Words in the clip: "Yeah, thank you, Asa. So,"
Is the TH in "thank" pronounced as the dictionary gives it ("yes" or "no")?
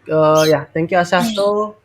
no